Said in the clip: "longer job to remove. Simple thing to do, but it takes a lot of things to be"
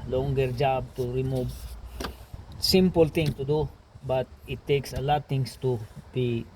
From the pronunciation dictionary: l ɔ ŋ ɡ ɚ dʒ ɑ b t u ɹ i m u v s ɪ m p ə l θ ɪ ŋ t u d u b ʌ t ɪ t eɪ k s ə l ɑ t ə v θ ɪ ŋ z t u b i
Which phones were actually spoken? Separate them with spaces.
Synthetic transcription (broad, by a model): l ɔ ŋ ɡ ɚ dʒ ɑ b t u ɹ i m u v s ɪ m p ə l t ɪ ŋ t u d u b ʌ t ɪ t eɪ k s ə l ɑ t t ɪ ŋ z t u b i